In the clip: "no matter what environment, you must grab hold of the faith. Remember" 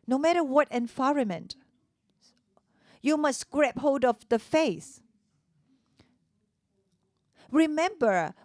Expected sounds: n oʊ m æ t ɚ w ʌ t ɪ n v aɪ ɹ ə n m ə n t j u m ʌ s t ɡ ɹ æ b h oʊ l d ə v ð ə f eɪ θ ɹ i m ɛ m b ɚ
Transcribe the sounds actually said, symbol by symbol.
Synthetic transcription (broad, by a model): n oʊ m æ t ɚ w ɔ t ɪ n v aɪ ɹ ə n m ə n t j u m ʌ s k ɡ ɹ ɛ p h oʊ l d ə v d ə f eɪ s ɹ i m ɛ m b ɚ